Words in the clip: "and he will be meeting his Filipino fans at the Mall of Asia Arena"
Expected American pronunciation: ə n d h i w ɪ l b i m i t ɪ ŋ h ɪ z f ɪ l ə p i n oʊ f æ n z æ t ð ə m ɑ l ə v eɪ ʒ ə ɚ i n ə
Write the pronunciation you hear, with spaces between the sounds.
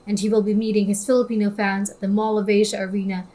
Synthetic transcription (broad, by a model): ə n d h i w ɪ l b i m i t ɪ ŋ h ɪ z f ɪ l ə p i n oʊ f æ n z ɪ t ð ə m ɑ l ə v eɪ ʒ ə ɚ i n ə